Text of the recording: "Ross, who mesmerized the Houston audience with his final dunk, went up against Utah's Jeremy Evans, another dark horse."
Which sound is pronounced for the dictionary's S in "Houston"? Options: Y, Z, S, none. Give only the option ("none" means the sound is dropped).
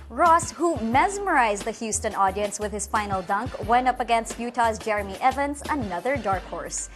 S